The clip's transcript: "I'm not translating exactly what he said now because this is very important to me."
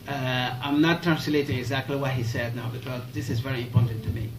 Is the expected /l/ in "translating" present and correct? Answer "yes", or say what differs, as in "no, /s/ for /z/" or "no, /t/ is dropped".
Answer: yes